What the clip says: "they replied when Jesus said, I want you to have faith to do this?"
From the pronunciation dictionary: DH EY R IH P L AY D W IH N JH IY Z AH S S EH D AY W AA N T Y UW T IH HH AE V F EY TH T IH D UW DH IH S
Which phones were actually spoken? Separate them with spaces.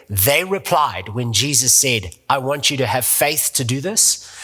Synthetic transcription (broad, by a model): DH EY R IH P L AY D W IH N JH IY Z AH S S EH D AY W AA N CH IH T IH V F EY TH T IH D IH DH IH S